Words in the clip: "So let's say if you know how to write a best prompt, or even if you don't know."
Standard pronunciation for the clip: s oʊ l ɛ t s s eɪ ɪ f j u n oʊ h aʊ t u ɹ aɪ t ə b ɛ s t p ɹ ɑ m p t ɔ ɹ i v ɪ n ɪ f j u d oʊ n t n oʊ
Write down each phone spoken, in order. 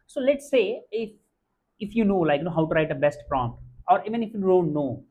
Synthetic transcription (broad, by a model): s oʊ l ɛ t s s eɪ ɪ f j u n oʊ h aʊ t u ɹ aɪ t ə b ɛ s t p ɹ ɑ m p t ɔ ɹ i v ɪ n ɪ f j u d oʊ n t n oʊ